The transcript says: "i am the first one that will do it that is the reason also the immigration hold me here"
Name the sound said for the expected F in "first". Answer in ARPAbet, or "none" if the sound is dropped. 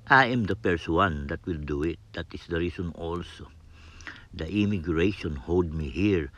P